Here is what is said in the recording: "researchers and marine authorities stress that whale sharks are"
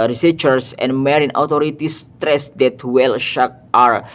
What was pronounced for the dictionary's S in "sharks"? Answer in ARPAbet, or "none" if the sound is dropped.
none